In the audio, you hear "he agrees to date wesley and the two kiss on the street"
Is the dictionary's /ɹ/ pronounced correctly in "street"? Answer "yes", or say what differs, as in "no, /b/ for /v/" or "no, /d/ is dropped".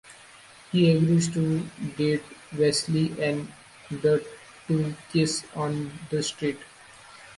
yes